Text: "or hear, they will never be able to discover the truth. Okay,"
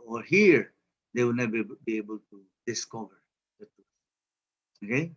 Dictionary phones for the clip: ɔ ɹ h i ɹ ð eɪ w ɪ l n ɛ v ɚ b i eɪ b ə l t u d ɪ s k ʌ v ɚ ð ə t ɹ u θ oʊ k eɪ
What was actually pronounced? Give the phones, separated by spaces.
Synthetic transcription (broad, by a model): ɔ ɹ h i ɹ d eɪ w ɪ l n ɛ b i b i eɪ b ə l t u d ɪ s k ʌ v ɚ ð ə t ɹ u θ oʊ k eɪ